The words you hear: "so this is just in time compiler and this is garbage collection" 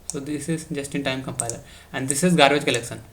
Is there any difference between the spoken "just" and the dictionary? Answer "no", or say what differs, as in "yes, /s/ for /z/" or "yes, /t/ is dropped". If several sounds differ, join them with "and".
no